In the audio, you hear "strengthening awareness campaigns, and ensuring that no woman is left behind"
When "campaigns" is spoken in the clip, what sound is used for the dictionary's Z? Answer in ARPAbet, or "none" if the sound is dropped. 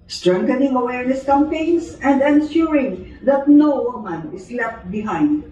S